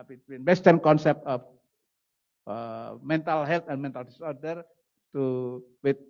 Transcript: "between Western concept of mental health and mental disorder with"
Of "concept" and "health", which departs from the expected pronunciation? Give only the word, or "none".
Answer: health